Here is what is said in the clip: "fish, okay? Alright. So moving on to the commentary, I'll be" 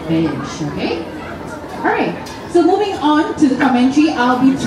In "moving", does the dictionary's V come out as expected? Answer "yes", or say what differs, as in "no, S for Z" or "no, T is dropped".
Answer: yes